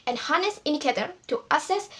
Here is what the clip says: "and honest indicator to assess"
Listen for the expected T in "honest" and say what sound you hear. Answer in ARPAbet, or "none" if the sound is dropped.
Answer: none